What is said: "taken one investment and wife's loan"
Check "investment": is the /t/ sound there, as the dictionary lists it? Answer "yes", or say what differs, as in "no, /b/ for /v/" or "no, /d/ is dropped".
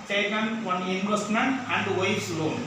no, /t/ is dropped